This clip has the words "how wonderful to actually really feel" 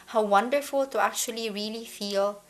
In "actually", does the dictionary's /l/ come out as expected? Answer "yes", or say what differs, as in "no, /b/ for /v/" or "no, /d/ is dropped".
yes